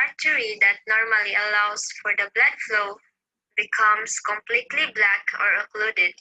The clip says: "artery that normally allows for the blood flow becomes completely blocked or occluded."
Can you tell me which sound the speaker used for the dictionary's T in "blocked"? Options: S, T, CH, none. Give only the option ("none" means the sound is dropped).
none